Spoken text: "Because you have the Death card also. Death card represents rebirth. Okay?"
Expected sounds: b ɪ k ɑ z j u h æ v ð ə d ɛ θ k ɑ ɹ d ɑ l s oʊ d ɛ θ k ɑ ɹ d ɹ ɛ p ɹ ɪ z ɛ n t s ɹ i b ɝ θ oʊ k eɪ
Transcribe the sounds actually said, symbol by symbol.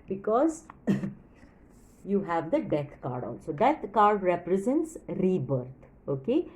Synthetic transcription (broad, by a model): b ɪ k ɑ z j u h æ v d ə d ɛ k k ɑ ɹ d ɑ l s oʊ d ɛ t k ɑ ɹ d ɹ ɛ p ɹ ɪ z ɛ n t s ɹ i b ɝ t oʊ k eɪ